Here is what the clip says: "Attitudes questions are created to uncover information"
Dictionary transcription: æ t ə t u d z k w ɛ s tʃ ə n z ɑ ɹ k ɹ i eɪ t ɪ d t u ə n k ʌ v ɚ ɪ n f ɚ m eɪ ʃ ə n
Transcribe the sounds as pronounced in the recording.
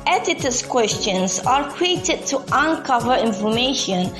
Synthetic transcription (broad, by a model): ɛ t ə t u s k w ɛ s tʃ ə n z ɑ ɹ k ɹ i eɪ t ɪ d t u ə n k ʌ v ɚ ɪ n f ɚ m eɪ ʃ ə n